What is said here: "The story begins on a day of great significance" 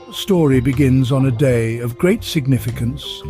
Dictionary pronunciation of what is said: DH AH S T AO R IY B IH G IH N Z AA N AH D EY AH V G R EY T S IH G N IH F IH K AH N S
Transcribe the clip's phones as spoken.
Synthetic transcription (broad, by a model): S T AO R IY B IH G IH N Z N AH D EY AH V G R EY T S IH G N IH F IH K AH N S